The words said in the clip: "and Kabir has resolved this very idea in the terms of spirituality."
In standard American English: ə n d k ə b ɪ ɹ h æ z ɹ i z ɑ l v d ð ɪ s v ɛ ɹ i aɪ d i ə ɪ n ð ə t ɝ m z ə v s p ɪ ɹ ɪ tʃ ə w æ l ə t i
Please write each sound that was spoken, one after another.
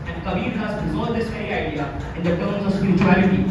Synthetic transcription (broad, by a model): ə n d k ə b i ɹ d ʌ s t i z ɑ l d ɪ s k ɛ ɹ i aɪ d i ə ɪ n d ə t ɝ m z ə v s p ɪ ɹ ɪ tʃ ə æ l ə t i